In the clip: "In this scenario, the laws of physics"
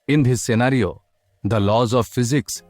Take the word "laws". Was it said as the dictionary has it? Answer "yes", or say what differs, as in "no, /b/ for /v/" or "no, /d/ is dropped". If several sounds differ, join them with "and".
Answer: yes